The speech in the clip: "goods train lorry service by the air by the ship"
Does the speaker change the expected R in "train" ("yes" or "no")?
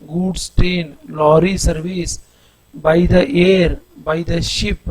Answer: yes